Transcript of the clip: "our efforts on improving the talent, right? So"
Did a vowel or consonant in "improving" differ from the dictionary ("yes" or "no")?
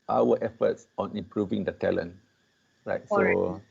no